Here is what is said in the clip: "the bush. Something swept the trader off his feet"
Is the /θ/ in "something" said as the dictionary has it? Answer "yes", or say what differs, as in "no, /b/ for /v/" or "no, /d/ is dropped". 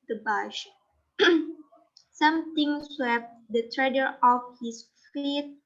no, /t/ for /θ/